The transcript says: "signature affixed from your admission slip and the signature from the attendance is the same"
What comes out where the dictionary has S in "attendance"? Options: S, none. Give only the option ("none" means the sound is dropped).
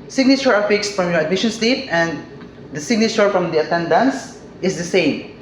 S